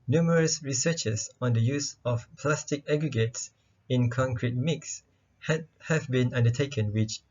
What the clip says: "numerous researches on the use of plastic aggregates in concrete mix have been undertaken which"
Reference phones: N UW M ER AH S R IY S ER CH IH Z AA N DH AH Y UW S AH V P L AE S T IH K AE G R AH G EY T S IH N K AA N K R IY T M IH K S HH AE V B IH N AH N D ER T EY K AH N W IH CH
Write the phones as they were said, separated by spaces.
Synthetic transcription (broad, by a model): N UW M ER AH S R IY S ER CH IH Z AA N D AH Y UW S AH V P L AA S T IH K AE G R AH G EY T S IH N K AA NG K R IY T M IH K S HH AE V B IH N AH N D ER T EY K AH N W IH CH